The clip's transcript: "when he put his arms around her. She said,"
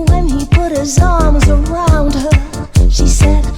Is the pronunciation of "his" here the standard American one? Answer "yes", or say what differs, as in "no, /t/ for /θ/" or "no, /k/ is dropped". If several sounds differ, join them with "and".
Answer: yes